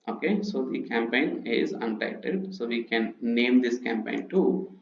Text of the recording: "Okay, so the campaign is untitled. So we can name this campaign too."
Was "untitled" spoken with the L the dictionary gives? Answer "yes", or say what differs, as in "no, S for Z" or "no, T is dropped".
no, L is dropped